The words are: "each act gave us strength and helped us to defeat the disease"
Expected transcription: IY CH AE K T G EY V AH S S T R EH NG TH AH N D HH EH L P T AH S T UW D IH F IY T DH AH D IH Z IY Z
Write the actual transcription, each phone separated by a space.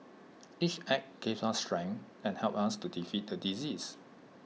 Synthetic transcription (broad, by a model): IY CH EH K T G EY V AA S S T R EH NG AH N HH EH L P AH S T UW D IH F IY T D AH D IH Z IY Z